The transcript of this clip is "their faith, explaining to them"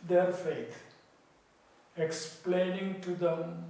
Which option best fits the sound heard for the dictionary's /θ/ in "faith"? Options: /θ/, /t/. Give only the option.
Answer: /t/